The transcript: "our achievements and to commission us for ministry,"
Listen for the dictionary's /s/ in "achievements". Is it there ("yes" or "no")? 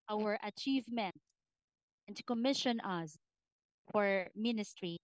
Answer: no